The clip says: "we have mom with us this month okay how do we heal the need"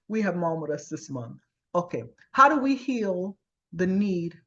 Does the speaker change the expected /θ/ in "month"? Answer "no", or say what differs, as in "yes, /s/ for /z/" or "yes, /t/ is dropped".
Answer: no